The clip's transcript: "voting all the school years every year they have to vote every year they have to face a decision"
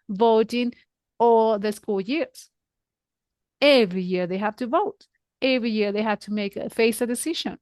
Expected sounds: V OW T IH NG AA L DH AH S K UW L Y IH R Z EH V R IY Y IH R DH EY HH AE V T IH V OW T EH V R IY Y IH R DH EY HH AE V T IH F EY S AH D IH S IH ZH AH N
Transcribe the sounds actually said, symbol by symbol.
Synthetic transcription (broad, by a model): V OW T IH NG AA DH AH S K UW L Y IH R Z EH V R IY Y IH R DH EY HH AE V T IH V OW T EH V R IY Y IH R DH EY HH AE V T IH F EY S AH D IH S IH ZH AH N